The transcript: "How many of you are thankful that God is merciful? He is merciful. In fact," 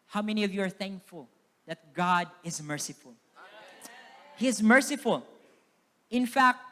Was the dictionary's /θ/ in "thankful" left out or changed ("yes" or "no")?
no